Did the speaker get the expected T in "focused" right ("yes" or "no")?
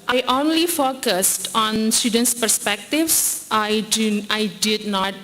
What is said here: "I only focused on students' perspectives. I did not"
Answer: yes